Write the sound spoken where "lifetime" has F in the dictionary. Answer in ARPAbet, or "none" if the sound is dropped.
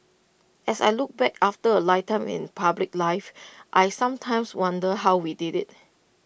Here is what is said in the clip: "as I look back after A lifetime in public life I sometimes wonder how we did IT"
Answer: none